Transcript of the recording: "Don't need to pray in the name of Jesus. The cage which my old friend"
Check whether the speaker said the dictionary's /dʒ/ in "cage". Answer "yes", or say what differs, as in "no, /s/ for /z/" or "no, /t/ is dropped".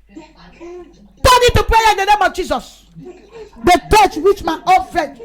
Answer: no, /tʃ/ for /dʒ/